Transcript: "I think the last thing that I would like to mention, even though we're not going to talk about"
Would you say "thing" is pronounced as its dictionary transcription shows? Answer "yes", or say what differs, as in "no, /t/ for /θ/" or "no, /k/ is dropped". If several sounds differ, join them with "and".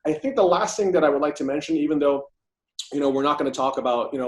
yes